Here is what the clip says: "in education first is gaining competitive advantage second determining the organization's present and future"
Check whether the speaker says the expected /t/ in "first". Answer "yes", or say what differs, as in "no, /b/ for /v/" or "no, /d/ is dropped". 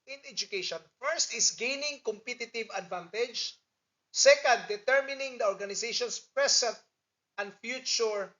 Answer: yes